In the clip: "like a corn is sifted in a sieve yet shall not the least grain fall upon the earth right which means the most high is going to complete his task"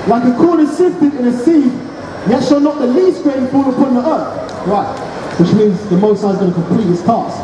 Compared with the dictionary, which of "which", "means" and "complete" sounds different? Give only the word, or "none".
none